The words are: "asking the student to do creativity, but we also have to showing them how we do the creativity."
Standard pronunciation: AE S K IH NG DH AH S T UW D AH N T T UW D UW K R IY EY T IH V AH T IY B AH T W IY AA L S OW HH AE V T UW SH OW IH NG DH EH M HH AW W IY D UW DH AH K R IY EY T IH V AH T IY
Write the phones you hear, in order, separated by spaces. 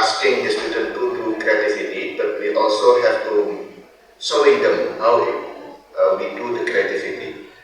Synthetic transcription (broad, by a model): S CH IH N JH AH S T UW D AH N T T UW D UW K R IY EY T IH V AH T IY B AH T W IY AA L S OW HH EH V T UW S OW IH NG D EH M HH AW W IY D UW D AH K R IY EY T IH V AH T IY